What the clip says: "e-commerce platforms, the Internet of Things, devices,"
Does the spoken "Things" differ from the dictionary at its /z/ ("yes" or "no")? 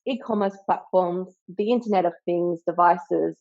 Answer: no